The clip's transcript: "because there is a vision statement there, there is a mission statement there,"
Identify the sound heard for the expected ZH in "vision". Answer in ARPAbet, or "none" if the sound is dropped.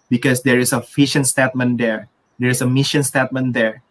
SH